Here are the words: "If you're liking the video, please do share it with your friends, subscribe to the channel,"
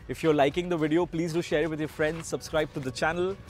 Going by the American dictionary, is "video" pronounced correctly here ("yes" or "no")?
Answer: yes